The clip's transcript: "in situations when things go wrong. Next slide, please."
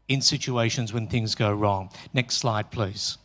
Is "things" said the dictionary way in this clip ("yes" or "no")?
yes